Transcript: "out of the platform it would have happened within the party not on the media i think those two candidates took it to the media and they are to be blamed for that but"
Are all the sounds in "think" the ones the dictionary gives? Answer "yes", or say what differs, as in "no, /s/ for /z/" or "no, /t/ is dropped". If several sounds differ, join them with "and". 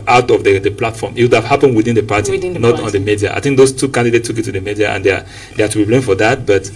yes